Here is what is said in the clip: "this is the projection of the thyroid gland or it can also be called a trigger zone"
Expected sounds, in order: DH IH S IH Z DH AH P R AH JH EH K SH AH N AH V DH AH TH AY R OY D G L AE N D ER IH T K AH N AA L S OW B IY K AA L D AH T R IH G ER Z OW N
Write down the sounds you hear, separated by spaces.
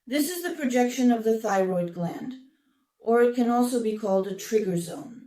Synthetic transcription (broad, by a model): DH IH S IH Z DH AH P R AH JH EH K SH AH N AH V DH AH TH AY R OY D G L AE N D ER IH T K AH N AA L S OW B IY K AA L D AH T R IH G ER Z OW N